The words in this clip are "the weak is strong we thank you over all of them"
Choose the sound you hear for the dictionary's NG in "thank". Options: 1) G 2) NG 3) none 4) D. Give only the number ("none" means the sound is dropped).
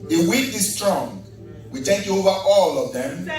3